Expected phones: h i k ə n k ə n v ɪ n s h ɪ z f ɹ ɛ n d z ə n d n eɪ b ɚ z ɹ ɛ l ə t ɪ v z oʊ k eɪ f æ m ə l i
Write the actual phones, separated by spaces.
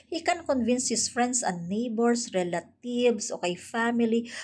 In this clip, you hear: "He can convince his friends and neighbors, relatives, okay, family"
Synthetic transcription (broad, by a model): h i k ə n k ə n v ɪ n s h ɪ s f ɹ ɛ n d s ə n n eɪ b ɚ s ɹ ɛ l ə t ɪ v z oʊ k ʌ f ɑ m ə l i